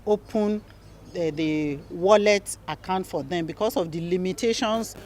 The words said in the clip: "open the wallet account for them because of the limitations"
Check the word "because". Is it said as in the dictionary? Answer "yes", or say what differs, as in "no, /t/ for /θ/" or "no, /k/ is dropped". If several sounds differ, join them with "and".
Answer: no, /s/ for /z/